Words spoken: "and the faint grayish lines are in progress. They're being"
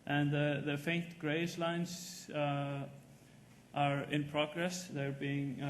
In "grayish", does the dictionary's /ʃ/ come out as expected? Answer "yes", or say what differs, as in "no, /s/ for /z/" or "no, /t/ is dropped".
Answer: no, /s/ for /ʃ/